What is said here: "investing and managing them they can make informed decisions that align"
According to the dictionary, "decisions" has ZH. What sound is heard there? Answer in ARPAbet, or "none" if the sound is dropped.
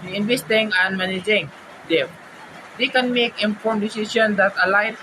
S